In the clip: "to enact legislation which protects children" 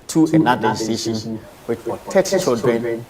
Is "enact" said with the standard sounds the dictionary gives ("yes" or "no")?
no